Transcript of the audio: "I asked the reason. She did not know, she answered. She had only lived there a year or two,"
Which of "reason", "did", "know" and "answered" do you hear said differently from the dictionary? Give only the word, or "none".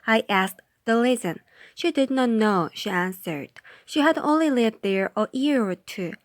reason